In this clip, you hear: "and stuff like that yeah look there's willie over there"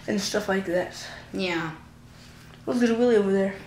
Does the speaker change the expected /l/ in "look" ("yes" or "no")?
yes